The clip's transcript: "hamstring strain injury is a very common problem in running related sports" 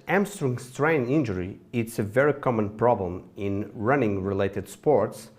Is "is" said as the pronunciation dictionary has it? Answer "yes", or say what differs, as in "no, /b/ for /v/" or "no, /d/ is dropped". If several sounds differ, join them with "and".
no, /s/ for /z/